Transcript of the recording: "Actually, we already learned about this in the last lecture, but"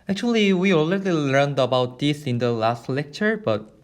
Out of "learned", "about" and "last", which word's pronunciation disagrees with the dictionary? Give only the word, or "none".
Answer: none